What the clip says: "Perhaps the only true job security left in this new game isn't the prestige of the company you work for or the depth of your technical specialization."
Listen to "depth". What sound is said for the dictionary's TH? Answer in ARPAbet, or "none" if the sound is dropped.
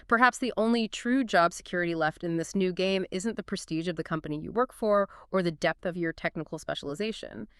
TH